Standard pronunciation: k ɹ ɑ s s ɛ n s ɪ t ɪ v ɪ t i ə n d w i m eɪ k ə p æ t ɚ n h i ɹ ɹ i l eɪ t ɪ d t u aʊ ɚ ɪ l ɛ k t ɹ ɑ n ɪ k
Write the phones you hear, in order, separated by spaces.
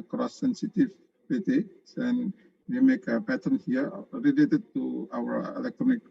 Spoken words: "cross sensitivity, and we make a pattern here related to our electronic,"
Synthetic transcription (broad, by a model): k ɹ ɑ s s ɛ n s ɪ t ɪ p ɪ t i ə n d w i m eɪ k ə p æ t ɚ n h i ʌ ɹ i l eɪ t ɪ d t u aʊ ɚ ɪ l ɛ k t ɹ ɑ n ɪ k